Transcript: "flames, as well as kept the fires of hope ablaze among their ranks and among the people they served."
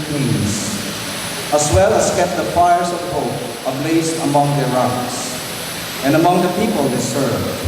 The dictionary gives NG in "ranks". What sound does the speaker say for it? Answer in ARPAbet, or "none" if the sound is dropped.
none